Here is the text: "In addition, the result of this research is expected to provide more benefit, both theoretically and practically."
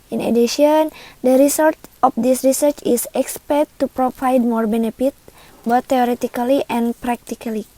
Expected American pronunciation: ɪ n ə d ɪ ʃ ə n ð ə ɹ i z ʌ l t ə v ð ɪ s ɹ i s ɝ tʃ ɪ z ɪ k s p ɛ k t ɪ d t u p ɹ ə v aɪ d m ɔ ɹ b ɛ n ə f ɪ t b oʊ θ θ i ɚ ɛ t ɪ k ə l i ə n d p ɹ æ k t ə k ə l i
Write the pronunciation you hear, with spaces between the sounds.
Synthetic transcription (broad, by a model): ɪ n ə d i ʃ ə n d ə ɹ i s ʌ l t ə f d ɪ s ɹ i s ɝ tʃ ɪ s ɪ k s p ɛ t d t u p ɹ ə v aɪ d m ɔ ɹ b ɛ n ə f ɪ t b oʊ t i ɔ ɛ t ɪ k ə l i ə n p ɹ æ k t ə k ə l i